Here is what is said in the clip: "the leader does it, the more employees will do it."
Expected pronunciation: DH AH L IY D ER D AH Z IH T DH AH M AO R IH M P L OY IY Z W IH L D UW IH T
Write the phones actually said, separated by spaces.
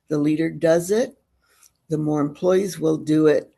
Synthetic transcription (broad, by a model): DH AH L IY D ER D AH Z IH T DH AH M AO R IH M P L OY IY Z W IH L D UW IH T